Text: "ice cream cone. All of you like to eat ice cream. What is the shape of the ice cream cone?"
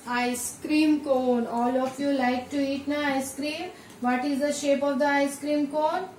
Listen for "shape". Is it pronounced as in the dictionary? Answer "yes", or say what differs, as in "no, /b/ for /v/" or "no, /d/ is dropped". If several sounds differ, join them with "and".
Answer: yes